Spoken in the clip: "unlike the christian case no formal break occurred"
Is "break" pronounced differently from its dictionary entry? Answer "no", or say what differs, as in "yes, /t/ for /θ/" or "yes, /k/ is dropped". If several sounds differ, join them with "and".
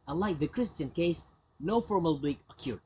yes, /l/ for /ɹ/